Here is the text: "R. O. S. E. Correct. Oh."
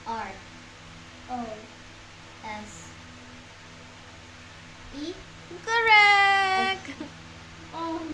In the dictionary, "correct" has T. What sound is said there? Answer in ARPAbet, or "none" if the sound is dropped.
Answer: none